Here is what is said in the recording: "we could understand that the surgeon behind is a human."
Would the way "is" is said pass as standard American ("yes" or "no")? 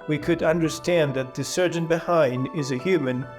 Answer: yes